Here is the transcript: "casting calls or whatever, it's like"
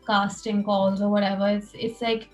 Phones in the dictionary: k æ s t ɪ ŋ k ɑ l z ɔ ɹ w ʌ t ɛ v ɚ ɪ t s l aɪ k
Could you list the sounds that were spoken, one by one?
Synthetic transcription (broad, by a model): k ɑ s t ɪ ŋ k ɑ l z ɔ ɹ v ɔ t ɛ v ɚ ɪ s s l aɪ k